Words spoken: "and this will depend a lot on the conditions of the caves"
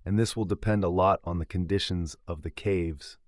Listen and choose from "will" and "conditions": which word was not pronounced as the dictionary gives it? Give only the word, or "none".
none